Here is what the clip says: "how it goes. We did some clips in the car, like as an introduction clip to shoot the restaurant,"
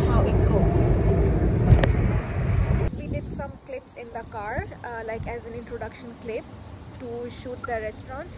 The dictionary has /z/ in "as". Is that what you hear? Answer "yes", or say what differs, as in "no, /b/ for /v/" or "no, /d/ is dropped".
yes